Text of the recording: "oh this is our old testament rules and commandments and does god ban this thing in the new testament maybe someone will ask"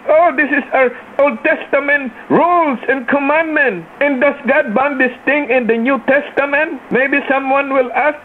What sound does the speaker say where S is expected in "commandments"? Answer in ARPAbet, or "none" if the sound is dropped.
none